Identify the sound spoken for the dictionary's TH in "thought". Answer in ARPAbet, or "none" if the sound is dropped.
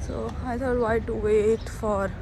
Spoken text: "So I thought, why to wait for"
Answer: T